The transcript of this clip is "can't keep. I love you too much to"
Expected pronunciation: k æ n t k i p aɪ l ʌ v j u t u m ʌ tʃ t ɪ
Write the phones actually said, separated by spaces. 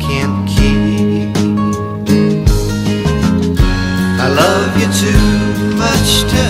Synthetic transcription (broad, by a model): k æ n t k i aɪ l ʌ v j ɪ t u m ʌ tʃ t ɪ